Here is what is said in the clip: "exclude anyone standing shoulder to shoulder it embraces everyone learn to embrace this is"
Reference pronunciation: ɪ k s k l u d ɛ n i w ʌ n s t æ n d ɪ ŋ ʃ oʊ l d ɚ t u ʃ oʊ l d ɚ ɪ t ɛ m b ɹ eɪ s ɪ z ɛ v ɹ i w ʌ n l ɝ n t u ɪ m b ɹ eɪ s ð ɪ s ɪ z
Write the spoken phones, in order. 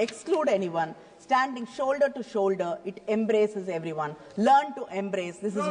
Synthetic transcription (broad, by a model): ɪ k s k l u d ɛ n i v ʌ n s t æ n d ɪ ŋ ʃ oʊ l d ɚ t u ʃ oʊ l d ɚ ɪ t ɛ m b ɹ eɪ s ɪ z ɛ v ɹ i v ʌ n l ɝ n t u ɪ m b ɹ eɪ s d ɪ s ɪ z